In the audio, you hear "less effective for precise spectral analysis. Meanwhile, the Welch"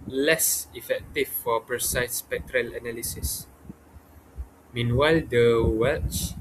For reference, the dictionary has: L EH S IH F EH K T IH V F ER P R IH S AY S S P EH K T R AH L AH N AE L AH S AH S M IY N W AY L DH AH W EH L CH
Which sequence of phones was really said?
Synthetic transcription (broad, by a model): L EH S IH F EH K T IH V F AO P R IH S AY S S P EH K T R AH L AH N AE L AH S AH S M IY N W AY L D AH W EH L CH